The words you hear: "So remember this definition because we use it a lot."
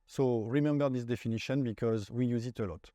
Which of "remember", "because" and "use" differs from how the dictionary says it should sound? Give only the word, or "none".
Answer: none